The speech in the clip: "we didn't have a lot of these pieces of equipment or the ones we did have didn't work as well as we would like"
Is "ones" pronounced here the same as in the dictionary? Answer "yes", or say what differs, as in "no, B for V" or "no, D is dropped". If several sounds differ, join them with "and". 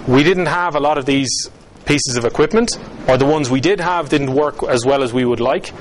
yes